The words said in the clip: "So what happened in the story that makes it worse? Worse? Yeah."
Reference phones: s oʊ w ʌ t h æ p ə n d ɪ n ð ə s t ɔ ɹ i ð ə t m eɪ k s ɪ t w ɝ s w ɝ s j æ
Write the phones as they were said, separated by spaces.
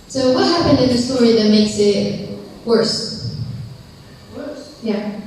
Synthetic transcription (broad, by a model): s oʊ w ʌ t h æ p ə n d ɪ n ð ə s t ɔ ɹ i ð ə t m eɪ k s ɪ t w ɝ s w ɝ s j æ